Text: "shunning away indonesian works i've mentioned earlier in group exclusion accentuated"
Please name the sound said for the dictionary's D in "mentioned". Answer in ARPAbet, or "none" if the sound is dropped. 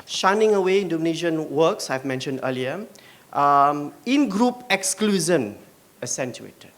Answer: D